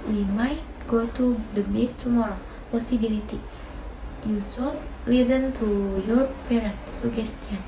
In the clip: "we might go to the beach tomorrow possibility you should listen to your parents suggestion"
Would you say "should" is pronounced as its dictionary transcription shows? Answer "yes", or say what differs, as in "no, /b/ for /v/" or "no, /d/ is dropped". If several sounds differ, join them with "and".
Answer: no, /s/ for /ʃ/